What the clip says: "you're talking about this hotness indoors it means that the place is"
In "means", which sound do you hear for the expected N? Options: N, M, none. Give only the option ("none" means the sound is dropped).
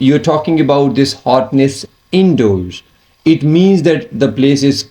N